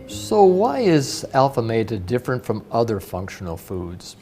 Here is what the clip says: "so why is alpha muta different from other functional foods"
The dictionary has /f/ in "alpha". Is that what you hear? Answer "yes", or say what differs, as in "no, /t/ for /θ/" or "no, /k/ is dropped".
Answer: yes